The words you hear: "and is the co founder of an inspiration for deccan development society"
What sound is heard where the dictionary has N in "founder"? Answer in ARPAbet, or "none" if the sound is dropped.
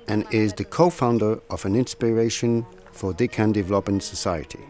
N